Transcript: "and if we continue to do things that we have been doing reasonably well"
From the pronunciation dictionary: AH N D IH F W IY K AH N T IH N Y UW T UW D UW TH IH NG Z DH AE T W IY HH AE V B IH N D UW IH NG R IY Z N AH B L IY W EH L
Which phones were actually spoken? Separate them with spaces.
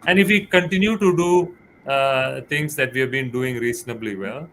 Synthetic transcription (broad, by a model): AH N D IH F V IY K AH N T IH N Y UW T UW D UW T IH NG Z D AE T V IY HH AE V B IH N D UW IH NG R IY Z N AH B L IY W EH L